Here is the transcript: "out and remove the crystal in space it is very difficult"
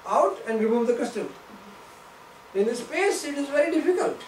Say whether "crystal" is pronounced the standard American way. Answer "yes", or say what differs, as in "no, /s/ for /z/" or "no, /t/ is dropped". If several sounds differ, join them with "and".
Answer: no, /ɹ/ is dropped